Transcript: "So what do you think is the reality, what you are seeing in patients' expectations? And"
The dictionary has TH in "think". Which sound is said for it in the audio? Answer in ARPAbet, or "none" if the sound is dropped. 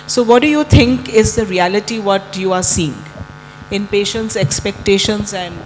T